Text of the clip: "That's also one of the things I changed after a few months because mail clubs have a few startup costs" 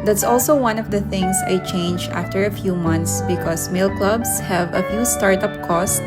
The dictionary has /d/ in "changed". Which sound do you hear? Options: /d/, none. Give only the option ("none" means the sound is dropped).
none